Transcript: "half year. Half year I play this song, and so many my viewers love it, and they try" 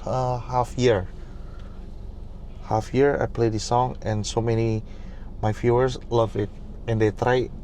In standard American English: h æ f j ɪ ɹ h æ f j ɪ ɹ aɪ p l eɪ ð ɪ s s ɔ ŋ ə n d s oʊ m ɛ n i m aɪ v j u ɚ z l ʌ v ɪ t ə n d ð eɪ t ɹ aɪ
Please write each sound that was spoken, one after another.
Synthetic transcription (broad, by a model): h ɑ f j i ɹ h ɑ f j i ɹ aɪ p l eɪ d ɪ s s ɔ ŋ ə n s oʊ m ɛ n i m aɪ f j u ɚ s l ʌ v ɪ t ə n d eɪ t ɹ aɪ